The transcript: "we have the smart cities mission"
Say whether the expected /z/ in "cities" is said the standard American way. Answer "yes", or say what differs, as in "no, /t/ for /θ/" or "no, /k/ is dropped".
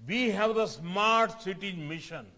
no, /z/ is dropped